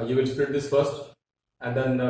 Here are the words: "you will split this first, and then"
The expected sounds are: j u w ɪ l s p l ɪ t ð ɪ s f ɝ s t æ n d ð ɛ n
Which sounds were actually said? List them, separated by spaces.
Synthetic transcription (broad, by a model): j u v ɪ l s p ɪ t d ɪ s f ɝ s t æ n d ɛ n